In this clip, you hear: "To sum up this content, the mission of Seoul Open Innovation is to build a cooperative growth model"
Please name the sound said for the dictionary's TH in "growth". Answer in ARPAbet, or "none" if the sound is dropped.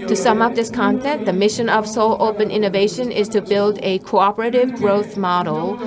TH